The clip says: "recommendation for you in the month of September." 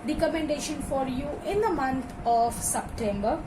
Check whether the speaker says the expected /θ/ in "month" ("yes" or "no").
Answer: no